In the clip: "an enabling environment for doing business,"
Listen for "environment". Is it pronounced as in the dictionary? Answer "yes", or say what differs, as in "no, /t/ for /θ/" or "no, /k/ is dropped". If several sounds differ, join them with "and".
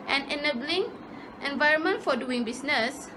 yes